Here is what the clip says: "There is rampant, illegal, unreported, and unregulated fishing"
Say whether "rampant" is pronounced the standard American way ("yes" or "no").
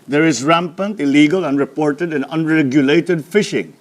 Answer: yes